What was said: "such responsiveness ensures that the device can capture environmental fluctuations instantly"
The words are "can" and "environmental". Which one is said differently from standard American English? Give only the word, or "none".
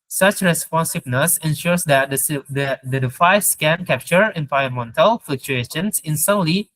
environmental